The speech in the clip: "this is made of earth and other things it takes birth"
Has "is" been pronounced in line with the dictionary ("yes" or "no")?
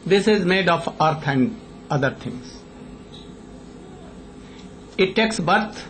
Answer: yes